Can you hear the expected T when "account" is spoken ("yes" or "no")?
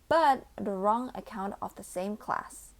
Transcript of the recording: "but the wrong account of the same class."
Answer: yes